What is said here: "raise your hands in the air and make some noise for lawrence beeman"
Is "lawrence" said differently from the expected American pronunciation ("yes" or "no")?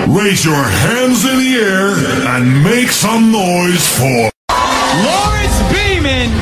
yes